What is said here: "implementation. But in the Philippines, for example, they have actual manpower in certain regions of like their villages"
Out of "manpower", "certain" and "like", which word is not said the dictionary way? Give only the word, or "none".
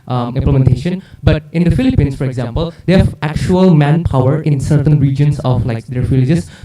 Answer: none